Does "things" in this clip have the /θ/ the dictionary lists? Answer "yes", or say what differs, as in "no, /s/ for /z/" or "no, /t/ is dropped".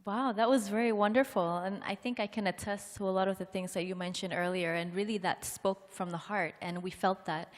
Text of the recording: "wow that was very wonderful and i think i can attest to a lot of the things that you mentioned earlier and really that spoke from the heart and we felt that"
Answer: yes